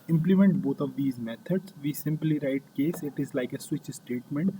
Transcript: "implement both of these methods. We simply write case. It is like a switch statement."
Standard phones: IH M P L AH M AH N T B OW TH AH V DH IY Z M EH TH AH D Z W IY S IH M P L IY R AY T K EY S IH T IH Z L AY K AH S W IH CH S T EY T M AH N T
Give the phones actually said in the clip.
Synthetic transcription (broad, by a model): IH M P L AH M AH N T B OW T AH V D IY Z M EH T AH D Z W IY S IH M P L IY R AY T K EY S IH T IH Z L AY K AH S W IH CH S T EY T M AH N T